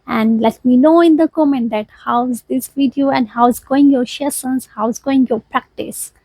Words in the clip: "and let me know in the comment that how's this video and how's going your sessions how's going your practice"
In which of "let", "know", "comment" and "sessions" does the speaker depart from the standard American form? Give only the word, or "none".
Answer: sessions